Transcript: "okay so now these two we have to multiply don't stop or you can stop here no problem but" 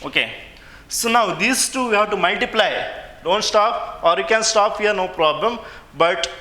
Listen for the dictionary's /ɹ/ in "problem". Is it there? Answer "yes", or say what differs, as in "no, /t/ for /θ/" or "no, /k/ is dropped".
yes